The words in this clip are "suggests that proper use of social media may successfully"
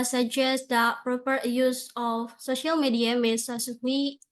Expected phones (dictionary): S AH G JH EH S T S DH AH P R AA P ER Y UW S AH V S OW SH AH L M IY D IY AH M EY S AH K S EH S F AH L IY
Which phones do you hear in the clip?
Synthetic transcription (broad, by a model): S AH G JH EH S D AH P R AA P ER Y UW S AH F S OW SH AH L M IY D IY AH M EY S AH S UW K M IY